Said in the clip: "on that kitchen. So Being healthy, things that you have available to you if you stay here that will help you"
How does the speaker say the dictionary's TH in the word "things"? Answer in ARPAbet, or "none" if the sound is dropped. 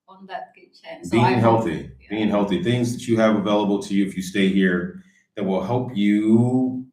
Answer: TH